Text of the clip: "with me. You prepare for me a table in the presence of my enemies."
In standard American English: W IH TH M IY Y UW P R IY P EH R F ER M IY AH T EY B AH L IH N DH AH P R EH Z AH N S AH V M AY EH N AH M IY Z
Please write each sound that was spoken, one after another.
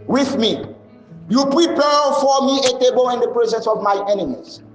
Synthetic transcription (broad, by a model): W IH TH M IY Y UW P R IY P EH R F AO M IY AH T EY B AH L IH N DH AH P R EH Z AH N S AH V M AY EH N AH M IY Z